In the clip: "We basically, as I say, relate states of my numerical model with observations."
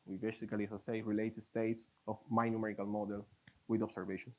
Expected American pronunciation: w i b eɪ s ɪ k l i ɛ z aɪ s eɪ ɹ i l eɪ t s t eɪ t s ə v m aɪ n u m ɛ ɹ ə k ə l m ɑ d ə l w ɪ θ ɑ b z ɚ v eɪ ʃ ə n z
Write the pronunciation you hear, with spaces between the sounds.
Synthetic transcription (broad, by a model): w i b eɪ s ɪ k l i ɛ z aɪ s eɪ ɹ i l eɪ t s t eɪ t s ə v m aɪ n u m ɛ ɹ ə k ə l m ɑ d ə l w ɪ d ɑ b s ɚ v eɪ ʃ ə n